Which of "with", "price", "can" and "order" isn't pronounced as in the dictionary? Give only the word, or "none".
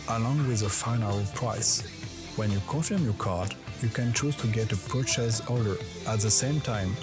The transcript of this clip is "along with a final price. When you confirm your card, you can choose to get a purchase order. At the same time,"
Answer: order